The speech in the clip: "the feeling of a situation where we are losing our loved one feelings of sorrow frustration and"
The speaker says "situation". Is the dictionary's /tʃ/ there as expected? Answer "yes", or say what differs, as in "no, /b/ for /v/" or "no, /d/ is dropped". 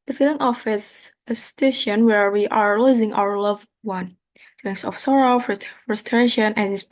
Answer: no, /s/ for /tʃ/